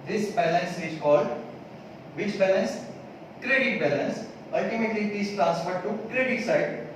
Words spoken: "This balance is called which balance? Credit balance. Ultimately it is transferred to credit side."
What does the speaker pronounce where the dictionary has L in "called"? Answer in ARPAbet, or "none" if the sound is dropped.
none